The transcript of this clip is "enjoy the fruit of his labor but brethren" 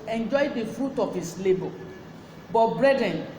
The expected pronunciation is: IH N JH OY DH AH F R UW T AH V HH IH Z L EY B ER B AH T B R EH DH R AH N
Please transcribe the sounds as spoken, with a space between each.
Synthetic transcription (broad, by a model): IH N JH OY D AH F R UW T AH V HH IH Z L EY B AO B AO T B R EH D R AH N